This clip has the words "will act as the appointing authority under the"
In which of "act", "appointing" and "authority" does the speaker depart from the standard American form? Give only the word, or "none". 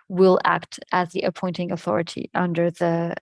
none